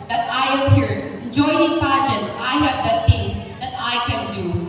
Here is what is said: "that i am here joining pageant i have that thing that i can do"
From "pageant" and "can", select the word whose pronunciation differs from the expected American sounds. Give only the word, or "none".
pageant